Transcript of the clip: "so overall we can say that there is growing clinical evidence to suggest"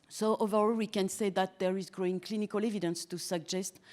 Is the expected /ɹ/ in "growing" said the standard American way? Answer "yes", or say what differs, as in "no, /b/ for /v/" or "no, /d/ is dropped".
yes